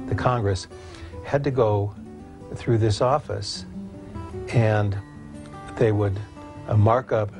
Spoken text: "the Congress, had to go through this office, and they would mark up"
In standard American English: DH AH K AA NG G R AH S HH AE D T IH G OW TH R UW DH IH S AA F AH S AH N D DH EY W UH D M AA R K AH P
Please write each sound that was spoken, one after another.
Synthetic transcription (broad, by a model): DH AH K AA NG G R AH S HH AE D T IH G OW TH R UW DH IH S AA F AH S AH N DH EY W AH D M AA R K AH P